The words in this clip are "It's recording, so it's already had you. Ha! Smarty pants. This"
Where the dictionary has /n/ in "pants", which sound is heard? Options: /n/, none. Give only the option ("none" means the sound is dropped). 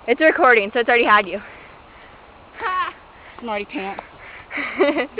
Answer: none